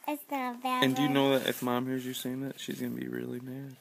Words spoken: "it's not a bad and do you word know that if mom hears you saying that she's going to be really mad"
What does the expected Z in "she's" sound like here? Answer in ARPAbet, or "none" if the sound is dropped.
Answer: Z